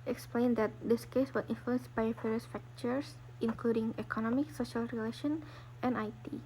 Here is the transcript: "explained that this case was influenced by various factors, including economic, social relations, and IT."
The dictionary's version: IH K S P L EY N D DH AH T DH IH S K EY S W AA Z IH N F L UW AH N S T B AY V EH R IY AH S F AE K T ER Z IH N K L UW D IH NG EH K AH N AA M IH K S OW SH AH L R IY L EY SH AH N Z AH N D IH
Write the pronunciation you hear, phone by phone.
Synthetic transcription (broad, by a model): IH K S P L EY N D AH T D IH S K EY S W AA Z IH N F L UW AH N S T B AY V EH R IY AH S F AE K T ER S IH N K L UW D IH NG EH K AH N AA M IH K S OW SH AH L R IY L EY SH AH N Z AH N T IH